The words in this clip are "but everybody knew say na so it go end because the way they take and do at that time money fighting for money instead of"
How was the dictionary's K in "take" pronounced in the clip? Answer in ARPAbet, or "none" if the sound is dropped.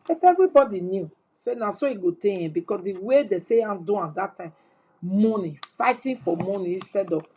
none